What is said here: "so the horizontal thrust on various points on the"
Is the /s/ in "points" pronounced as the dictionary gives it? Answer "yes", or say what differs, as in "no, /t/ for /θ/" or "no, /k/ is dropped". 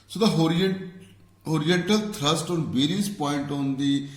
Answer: no, /s/ is dropped